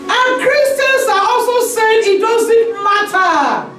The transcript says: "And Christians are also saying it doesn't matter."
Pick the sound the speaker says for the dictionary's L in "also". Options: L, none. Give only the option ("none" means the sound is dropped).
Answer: L